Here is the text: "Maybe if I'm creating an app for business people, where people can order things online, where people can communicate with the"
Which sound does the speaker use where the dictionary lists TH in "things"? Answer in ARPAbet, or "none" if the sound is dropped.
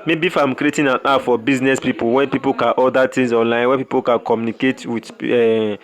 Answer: T